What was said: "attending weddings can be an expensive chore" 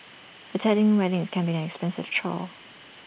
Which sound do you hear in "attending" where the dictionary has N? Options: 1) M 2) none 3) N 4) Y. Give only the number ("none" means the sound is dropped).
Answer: 2